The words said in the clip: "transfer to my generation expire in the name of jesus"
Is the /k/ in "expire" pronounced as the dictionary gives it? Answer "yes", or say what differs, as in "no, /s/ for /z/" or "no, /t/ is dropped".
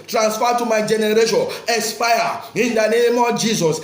no, /k/ is dropped